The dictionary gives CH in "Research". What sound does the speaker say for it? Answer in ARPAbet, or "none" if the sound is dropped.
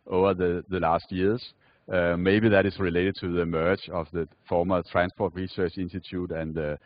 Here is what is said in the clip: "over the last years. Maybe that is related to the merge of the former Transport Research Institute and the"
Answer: CH